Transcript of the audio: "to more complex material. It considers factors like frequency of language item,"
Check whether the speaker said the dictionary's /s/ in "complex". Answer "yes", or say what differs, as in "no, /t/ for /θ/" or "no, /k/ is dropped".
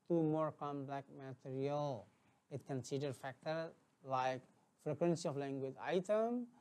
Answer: no, /s/ is dropped